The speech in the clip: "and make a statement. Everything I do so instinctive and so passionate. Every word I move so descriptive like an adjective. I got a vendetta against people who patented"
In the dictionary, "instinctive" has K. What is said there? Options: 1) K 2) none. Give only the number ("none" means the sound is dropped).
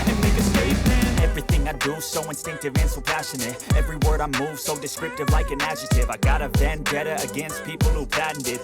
1